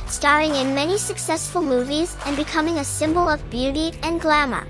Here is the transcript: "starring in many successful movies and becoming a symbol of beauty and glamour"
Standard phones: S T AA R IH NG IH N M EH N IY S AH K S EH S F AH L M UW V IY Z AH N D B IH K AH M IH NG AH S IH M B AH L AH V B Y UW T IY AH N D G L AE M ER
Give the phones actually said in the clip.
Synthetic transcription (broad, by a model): S T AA R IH NG IH N M EH N IY S AH K S EH S F AH L M UW V IY Z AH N B IH K AH M IH NG AH S IH M B AH L AH V B Y UW T IY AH N G L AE M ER